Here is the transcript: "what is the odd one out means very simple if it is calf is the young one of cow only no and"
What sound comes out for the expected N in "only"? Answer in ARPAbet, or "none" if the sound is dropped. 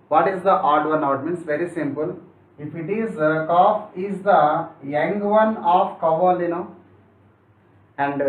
none